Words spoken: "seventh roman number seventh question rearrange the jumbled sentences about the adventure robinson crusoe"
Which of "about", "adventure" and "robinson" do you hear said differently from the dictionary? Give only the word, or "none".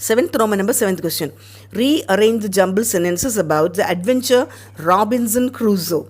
none